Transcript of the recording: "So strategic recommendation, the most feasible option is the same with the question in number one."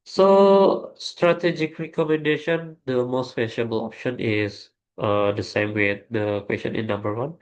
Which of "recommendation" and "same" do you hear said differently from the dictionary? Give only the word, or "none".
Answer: none